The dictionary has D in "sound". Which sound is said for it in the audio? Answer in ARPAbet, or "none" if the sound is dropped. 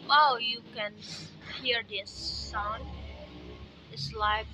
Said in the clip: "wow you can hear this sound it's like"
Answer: none